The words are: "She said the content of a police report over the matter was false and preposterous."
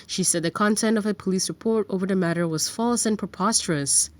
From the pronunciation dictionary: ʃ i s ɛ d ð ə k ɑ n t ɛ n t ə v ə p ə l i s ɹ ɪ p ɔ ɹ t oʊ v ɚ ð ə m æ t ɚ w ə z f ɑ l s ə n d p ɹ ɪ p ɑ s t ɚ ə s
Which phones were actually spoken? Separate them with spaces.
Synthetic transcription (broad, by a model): ʃ i s ɛ d ð ə k ɑ n t ɛ n t ə v ə p ə l i s ɹ ɪ p ɔ ɹ t oʊ v ɚ ð ə m æ t ɚ w ə z f ɑ l s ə n p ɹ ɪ p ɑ s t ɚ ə s